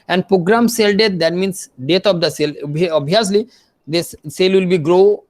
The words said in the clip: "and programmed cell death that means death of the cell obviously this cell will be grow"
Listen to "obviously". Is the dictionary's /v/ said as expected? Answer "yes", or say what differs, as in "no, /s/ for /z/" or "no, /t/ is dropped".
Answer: no, /v/ is dropped